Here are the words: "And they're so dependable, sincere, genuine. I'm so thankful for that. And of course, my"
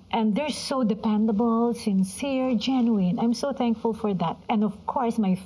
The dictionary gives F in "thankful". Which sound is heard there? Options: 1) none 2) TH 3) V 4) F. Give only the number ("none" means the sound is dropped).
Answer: 4